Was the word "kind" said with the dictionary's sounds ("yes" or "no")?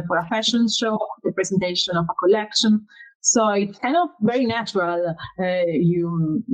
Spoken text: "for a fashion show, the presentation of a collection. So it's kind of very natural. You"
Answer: no